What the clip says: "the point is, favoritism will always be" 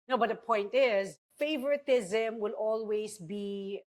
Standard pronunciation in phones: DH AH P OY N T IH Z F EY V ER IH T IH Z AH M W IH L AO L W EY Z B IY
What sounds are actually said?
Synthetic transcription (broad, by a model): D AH P OY N T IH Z F EY V ER IH T IH Z AH M W IH L AO L W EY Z B IY